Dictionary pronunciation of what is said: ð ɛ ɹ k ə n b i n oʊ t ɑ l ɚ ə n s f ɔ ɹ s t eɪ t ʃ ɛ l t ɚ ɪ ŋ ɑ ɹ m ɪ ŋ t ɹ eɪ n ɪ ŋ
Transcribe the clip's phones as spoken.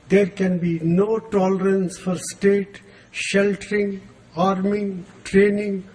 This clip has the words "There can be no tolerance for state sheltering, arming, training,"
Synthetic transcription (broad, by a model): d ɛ ɹ k ə n b i n oʊ t ɑ l ɚ ə n s f ɔ ɹ s t eɪ t ʃ ɛ l t ɚ ɪ ŋ ɑ ɹ m ɪ ŋ t ɹ eɪ n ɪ ŋ